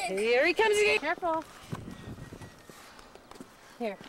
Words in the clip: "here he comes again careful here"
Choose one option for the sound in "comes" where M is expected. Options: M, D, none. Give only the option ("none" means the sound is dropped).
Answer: M